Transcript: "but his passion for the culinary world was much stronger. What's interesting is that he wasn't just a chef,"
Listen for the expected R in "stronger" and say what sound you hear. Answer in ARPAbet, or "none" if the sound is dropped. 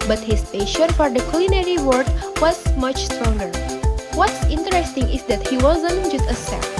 R